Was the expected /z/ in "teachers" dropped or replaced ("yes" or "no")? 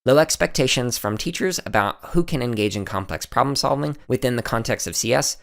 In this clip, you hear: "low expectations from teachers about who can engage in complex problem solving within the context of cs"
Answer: no